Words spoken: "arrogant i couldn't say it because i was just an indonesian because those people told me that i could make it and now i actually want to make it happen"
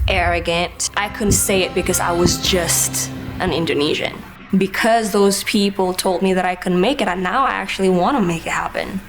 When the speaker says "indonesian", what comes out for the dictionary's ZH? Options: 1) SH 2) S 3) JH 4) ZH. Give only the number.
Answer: 4